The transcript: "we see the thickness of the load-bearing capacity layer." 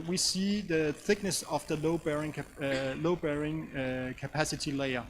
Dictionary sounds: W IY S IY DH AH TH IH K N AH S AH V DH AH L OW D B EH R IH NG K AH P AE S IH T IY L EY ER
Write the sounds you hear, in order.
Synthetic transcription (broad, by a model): W IY S IY DH AH TH IH K N AH S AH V DH AH L OW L B EH R IH NG K AH P AE S IH T IY L EY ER